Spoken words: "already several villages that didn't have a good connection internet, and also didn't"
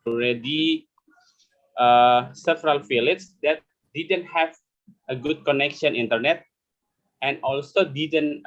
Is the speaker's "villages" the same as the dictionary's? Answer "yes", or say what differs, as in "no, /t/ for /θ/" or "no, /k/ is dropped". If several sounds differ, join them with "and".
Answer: no, /f/ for /v/